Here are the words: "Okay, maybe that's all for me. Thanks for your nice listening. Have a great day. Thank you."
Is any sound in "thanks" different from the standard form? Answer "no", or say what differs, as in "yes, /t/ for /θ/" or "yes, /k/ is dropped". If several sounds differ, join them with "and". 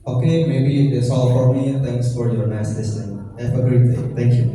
yes, /t/ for /θ/